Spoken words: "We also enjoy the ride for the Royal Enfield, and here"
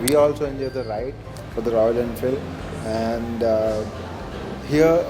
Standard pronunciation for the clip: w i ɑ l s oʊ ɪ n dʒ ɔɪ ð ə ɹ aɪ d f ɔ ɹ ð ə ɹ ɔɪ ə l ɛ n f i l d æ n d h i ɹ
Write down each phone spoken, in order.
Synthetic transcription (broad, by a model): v i ɑ l s oʊ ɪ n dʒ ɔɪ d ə ɹ aɪ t f ɔ ɹ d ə ɹ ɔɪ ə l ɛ n f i l æ n d h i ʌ